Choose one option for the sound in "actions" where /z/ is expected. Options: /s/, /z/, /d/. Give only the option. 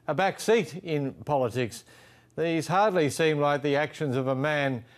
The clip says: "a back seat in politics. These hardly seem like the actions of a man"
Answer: /z/